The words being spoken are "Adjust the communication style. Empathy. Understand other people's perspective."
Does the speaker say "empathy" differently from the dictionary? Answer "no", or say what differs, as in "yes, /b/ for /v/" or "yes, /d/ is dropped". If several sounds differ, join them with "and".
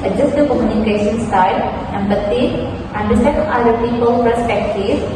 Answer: yes, /b/ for /p/ and /t/ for /θ/